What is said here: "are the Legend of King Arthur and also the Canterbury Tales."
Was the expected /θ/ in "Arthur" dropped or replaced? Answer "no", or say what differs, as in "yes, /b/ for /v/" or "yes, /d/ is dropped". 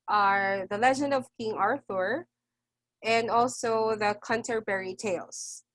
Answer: no